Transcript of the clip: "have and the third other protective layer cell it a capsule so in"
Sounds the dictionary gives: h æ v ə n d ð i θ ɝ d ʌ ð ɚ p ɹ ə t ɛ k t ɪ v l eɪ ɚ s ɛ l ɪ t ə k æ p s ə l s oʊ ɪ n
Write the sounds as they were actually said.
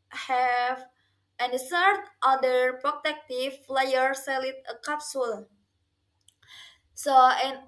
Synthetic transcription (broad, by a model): h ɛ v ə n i s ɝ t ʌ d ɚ p ɹ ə t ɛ k t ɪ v l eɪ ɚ s ɛ l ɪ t ə k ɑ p s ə l s oʊ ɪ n